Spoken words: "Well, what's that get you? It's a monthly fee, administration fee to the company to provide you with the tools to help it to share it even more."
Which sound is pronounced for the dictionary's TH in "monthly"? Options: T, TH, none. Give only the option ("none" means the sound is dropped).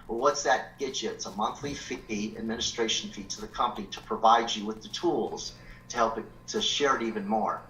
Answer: TH